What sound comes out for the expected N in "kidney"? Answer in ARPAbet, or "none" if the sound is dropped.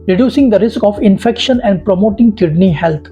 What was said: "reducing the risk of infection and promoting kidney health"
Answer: N